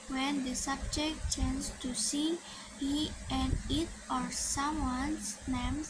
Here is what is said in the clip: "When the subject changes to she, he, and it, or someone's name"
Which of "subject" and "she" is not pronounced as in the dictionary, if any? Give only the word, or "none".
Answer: she